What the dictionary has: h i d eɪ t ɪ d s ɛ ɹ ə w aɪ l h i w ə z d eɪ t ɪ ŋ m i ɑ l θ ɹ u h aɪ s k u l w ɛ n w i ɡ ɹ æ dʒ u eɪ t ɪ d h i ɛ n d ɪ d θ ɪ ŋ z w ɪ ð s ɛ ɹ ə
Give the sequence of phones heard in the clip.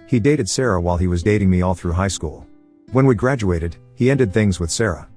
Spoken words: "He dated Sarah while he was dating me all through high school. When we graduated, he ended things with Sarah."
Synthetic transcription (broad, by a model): h i d eɪ t ɪ d s ɛ ɹ ə w aɪ l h i w ə z d eɪ t ɪ ŋ m i ɑ l θ ɹ u h aɪ s k u l w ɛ n w i ɡ ɹ æ dʒ u eɪ t ɪ d h i ɛ n d ɪ d θ ɪ ŋ z w ɪ ð s ɛ ɹ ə